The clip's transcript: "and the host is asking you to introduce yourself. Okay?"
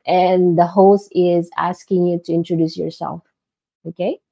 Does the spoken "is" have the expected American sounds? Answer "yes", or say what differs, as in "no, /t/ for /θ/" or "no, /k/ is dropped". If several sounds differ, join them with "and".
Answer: yes